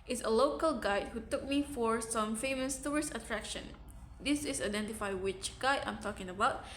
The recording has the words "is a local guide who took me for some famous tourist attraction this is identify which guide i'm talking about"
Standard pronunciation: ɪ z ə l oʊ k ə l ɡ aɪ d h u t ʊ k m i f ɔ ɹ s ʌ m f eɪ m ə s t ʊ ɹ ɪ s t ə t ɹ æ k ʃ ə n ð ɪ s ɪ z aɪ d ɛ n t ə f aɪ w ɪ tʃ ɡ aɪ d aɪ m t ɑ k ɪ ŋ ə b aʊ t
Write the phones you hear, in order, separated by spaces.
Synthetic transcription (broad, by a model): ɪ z ə l oʊ k ə l ɡ aɪ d h u t ʊ k m i f ɔ ɹ s ʌ m f eɪ m ə s t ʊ ɹ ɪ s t ə t ɹ æ k ʃ ə n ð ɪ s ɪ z aɪ d ɛ n t ə f aɪ w ɪ tʃ ɡ aɪ d aɪ m t ɑ k ɪ ŋ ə b aʊ t